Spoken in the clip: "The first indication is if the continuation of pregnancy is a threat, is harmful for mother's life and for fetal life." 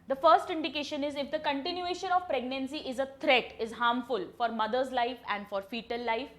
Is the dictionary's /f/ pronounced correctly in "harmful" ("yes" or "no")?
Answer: yes